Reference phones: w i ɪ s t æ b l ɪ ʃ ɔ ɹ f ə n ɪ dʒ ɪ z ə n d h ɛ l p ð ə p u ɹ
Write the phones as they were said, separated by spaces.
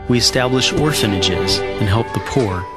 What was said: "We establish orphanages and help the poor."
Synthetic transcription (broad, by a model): w i ɪ s t æ b l ɪ ʃ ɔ ɹ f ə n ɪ dʒ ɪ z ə n h ɛ l p ð ə p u ɹ